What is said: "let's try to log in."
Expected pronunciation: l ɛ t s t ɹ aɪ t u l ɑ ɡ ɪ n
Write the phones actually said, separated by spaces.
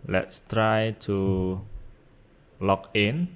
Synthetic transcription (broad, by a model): l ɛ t s t ɹ aɪ t u l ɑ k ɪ n